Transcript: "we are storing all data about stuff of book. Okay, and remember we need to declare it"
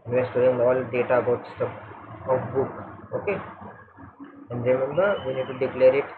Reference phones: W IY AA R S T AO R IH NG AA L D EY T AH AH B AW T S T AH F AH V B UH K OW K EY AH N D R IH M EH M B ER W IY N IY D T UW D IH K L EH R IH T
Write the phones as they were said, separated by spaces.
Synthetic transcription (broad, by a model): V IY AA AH S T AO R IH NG AA L D EY T AH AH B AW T S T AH P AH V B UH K OW K EY AH N D R IH M EH M B ER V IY N IY D T UW D IH K L EH R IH T